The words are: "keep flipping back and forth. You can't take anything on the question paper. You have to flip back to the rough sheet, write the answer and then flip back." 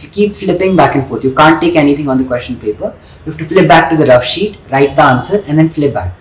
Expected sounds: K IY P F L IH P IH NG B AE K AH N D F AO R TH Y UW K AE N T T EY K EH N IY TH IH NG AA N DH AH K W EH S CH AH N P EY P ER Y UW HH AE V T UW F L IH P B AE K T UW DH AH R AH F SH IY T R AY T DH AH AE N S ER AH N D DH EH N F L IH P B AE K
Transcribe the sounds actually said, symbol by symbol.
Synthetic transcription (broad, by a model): K IY P F L IH P IH NG B AE K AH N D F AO R T Y UW K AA N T T EY K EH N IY T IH NG AA N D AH K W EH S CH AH N P EY P ER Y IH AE F T UW F L IH P B AE K T UW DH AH R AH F SH IY T R AY T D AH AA N S ER AH N D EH N F L IH P B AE K